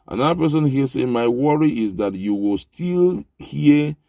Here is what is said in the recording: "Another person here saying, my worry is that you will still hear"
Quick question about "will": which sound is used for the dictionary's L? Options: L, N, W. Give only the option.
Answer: L